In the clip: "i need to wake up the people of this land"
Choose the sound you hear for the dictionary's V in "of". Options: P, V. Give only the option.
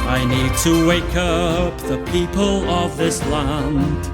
V